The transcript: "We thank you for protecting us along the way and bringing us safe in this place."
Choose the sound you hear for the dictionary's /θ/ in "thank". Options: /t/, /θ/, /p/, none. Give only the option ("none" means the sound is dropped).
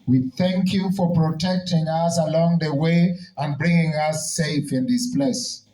/θ/